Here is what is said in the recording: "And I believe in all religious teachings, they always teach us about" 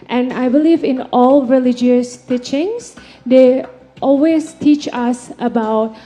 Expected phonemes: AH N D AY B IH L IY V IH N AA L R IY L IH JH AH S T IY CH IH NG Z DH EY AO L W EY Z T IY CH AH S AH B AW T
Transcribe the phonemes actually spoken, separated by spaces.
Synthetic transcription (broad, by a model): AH N AY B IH L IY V IH N AA L R IY L IH JH AH S T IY CH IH NG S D EY AO L W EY S T IY CH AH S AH B AW T